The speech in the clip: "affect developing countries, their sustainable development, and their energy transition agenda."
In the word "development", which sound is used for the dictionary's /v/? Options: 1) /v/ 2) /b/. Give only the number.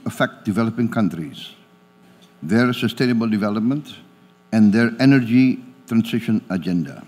1